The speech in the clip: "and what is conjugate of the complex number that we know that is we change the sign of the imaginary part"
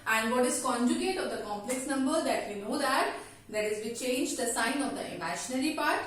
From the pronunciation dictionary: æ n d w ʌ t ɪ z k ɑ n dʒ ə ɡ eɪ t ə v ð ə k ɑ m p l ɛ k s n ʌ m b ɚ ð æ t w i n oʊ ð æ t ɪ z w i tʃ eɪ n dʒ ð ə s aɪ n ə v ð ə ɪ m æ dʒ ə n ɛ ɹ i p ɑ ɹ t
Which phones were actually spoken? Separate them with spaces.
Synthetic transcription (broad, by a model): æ n d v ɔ t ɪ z k ɑ n dʒ ə ɡ eɪ t ə v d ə k ɑ m p l ɛ k s n ʌ m b ɚ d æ t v i n oʊ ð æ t ɪ z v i tʃ eɪ n dʒ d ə s aɪ n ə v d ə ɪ m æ ʃ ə n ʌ ɹ i p ɑ ɹ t